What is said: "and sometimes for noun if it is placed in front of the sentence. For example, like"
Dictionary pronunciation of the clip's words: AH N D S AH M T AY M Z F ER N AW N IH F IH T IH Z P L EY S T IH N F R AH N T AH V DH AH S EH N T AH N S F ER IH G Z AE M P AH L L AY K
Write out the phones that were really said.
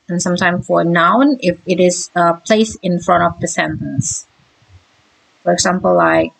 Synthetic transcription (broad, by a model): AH N S AH M T AY M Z F ER N AW N IH F IH T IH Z P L EY S IH N F R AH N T AH V DH AH S EH N T AH N S F ER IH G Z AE M P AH L L AY K